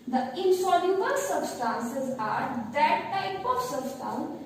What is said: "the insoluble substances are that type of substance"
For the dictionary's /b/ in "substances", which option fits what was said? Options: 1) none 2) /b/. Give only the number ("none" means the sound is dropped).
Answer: 2